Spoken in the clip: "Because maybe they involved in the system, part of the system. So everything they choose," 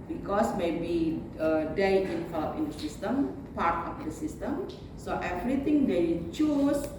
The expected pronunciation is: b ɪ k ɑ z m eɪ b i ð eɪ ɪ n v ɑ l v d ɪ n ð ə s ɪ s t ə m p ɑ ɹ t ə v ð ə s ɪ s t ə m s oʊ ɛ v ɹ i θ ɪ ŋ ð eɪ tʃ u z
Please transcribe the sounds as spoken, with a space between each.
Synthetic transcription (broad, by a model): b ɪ k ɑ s m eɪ b i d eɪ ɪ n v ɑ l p ɪ n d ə s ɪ s t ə m p ɑ ɹ t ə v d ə s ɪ s t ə m s oʊ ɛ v ɹ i t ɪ ŋ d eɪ tʃ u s